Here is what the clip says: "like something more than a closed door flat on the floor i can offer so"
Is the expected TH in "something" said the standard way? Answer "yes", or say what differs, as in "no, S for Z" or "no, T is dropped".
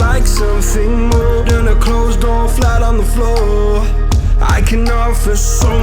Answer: yes